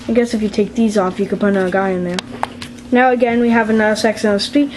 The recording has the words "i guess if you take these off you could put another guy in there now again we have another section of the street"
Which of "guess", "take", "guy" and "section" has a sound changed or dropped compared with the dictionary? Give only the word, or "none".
section